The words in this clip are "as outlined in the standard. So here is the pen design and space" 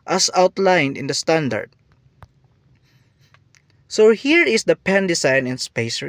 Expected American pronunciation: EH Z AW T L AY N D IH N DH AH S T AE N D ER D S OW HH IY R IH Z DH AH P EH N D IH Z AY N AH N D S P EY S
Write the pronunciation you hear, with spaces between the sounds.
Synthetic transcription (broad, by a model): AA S AW T L AY N D IH N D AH S T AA N D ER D S OW HH IY R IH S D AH P EH N D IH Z AY N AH N S P EY S